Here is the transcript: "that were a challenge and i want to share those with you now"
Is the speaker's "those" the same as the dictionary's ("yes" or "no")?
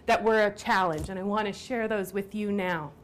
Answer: yes